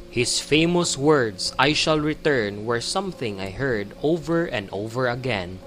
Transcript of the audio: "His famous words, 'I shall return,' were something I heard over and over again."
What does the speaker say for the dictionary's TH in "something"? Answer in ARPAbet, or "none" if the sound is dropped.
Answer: TH